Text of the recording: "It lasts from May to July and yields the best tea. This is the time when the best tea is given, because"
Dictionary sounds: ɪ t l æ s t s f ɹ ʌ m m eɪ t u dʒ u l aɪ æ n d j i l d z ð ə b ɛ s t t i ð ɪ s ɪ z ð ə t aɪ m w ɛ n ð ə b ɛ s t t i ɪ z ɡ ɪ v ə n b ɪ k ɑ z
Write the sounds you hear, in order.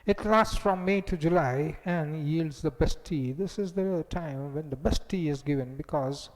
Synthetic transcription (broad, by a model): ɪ t l æ s t s f ɹ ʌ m m eɪ t u dʒ u l aɪ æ n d j i l d z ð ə b ɛ s t t i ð ɪ s ɪ z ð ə t aɪ m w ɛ n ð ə b ɛ s t t i ɪ z ɡ ɪ v ə n b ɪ k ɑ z